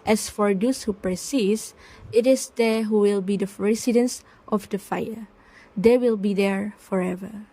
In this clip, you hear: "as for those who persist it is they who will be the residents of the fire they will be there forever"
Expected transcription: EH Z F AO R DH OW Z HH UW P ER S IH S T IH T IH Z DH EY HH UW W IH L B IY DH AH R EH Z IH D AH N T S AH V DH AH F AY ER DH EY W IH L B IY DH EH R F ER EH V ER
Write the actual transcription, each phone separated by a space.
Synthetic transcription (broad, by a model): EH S F AO R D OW S HH UW P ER S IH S IH T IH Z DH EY HH UW W IH L B IY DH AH R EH S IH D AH N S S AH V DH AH F AY ER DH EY W IH L B IY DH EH R F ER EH V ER